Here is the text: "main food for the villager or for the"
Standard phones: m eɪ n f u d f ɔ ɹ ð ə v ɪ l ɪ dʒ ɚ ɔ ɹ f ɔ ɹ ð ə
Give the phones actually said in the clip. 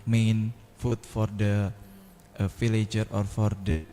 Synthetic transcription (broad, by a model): m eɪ n f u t f ɔ ɹ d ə f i l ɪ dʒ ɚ ɔ ɹ f ɔ ɹ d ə